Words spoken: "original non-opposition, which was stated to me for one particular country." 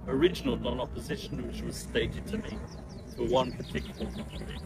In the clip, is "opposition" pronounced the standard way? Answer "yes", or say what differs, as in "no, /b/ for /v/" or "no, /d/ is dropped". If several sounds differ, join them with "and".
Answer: yes